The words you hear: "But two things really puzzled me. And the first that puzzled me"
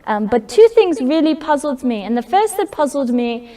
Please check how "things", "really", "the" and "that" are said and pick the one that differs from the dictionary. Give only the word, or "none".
none